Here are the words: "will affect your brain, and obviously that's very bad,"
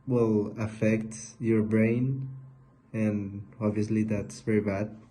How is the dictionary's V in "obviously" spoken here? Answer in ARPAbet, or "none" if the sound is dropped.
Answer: V